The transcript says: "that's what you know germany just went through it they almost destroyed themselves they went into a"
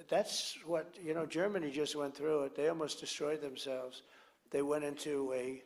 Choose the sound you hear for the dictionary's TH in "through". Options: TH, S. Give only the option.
TH